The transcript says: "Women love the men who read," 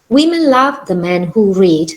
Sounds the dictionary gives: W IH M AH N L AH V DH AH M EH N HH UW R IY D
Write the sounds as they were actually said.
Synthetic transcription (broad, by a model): W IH M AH N L AH V DH AH M EH N HH UW R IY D